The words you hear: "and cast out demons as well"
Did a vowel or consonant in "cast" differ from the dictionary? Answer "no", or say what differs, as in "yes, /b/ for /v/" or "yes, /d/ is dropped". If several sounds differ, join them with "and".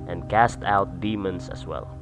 no